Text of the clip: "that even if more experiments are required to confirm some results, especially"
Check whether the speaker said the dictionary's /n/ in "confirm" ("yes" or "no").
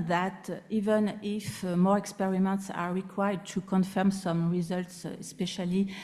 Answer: yes